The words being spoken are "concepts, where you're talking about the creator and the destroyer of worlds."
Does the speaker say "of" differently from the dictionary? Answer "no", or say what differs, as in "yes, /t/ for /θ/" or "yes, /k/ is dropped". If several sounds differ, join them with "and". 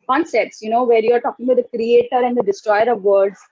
no